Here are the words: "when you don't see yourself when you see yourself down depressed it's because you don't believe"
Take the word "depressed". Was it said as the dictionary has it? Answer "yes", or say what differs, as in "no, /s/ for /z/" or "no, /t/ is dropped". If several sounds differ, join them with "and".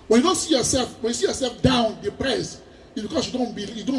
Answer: no, /t/ is dropped